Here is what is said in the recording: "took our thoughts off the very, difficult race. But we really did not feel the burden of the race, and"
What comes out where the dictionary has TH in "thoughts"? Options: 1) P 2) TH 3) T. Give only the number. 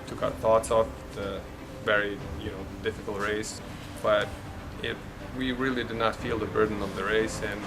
2